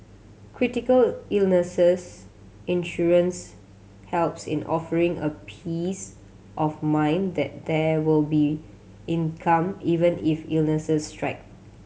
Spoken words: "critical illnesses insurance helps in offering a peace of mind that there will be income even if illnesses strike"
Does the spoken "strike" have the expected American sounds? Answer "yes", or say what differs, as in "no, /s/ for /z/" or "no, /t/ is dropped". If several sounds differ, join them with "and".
yes